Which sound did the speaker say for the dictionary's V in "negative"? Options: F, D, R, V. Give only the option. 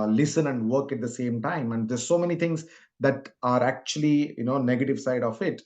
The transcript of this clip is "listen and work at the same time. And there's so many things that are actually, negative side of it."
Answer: V